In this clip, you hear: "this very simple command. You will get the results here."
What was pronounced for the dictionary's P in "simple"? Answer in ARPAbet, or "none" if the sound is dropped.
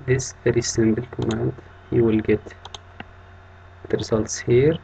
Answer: B